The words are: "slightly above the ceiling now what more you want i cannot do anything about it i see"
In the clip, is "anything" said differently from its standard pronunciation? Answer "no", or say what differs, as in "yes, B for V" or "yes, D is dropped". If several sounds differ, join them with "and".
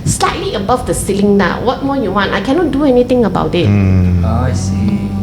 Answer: yes, T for TH